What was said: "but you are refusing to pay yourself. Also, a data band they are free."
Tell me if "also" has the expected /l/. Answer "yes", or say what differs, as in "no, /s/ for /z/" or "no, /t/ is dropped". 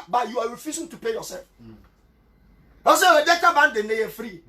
no, /l/ is dropped